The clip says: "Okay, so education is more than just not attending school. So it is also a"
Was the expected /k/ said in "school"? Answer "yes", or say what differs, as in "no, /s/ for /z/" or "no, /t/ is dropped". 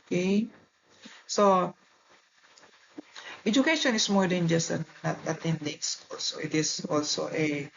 no, /k/ is dropped